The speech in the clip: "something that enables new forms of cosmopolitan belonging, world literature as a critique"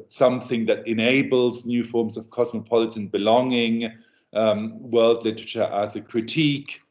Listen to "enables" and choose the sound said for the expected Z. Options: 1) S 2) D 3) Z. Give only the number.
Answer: 3